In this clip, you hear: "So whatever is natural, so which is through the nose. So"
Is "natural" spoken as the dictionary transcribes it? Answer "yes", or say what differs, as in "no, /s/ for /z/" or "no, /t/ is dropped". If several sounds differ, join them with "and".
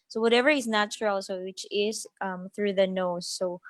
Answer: yes